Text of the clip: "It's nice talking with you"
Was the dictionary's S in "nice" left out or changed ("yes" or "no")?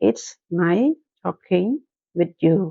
yes